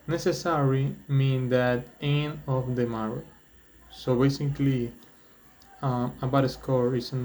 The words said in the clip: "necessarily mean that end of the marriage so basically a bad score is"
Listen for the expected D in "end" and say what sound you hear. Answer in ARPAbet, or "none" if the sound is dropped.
none